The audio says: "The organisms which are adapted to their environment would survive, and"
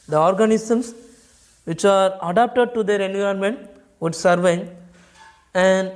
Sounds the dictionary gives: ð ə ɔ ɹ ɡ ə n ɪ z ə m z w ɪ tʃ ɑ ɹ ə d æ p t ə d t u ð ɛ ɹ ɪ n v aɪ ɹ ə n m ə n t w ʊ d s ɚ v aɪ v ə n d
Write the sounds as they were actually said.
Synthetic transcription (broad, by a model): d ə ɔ ɹ ɡ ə n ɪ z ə m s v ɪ tʃ ɑ ɹ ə d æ p t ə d t u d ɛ ɹ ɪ n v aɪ ə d m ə n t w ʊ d s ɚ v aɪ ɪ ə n d